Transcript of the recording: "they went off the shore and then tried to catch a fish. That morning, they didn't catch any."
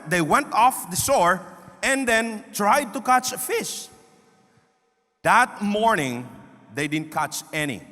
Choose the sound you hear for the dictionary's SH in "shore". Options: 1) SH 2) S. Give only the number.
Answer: 2